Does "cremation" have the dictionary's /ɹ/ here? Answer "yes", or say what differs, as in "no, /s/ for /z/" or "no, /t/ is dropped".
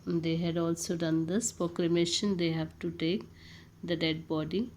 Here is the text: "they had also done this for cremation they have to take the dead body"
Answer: no, /l/ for /ɹ/